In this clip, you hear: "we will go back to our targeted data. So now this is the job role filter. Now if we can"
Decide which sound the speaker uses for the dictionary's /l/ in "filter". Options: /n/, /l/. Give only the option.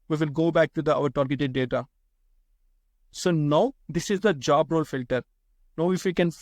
/l/